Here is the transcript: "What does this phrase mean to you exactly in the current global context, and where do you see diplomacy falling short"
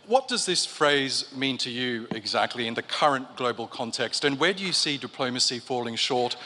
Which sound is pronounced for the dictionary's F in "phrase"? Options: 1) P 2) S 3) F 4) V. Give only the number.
3